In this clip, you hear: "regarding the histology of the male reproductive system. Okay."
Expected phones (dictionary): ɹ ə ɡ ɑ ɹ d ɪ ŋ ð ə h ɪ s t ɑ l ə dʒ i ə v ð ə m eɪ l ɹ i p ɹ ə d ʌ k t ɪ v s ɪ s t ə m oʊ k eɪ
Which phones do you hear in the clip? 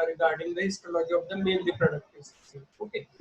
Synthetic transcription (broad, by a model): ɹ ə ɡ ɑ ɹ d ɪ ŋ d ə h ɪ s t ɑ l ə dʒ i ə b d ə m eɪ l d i p ɹ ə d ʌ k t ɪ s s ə oʊ k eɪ